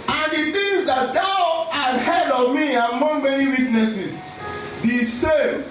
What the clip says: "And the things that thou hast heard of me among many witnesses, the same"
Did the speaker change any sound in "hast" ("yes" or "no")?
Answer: yes